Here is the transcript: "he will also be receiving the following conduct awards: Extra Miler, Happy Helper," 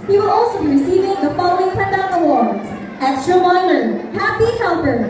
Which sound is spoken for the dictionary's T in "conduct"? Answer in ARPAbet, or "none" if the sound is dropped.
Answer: none